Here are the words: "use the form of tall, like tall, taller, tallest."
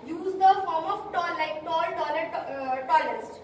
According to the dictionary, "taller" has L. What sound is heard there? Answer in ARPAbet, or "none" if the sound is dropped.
N